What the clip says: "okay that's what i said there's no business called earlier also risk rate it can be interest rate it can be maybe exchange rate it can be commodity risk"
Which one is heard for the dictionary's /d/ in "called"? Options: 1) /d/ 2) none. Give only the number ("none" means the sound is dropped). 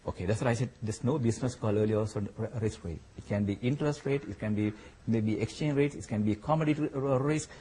2